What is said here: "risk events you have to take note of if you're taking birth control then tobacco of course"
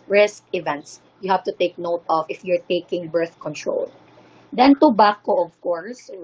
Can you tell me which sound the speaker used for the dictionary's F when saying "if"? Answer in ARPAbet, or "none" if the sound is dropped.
F